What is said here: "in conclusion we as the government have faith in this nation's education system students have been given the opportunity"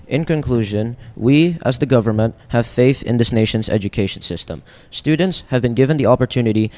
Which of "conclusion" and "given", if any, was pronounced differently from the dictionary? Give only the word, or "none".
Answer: none